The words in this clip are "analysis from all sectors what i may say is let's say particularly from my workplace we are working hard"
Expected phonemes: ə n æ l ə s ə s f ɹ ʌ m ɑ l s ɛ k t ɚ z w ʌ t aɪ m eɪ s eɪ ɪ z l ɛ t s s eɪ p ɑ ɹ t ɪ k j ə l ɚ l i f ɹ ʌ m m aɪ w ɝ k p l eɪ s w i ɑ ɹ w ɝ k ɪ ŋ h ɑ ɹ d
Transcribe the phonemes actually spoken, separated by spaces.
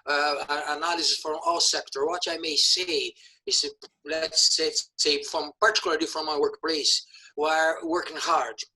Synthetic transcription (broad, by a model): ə n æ l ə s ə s f ɹ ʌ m ɑ l s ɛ k t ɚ w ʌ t aɪ m eɪ s eɪ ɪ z l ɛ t s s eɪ p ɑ ɹ t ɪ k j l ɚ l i f ɹ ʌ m m aɪ w ɝ k p l eɪ s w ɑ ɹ w ɝ k ɪ ŋ h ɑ ɹ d